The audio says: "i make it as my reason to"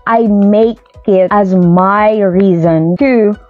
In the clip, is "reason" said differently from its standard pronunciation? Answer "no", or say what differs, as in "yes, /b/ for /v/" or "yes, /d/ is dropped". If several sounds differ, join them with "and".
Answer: no